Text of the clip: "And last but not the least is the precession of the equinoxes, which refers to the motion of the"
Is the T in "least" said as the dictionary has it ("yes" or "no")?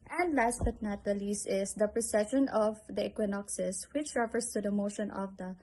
no